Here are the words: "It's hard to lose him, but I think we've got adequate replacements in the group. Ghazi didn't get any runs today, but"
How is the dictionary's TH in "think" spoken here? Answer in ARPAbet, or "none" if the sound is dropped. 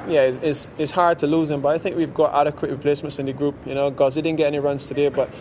TH